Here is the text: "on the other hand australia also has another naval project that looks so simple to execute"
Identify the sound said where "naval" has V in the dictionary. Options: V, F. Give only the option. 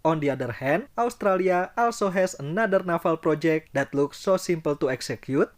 F